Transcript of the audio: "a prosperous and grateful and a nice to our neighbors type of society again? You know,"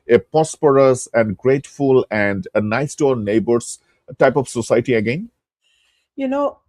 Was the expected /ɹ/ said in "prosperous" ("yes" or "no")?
no